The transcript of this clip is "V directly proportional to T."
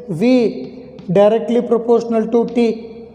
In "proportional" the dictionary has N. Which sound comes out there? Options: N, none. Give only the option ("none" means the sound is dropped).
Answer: N